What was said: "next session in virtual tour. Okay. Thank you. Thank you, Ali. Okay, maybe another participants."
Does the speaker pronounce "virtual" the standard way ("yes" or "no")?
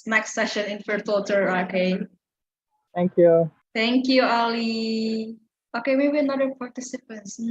no